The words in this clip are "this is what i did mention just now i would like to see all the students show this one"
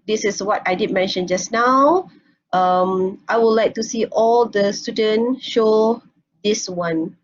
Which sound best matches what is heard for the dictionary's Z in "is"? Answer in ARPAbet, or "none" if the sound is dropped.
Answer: S